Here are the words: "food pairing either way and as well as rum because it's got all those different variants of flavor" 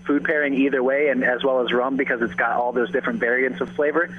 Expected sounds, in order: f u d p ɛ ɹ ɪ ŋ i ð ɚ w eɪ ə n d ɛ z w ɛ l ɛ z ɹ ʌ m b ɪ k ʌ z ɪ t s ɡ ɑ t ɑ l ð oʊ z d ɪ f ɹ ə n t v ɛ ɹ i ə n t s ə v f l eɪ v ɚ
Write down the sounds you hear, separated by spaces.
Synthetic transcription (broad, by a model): f u d p ɛ ɹ ɪ ŋ i ð ɚ w eɪ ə n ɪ z w ɛ l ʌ z ɹ ʌ m b ɪ k ʌ z ɪ t s ɡ ɑ t ɑ l ð oʊ z d ɪ f ɹ ə n t v ɛ ɹ i ə n t s ə v f l eɪ v ɚ